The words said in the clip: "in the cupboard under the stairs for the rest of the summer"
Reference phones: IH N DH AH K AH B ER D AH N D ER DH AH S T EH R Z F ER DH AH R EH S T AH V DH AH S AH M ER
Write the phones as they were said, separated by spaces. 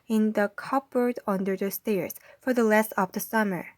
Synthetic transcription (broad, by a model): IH N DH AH K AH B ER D AH N D ER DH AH S T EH R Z F ER DH AH L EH S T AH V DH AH S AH M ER